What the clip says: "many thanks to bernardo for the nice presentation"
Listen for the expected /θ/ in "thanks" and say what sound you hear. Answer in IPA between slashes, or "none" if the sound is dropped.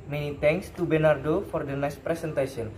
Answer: /t/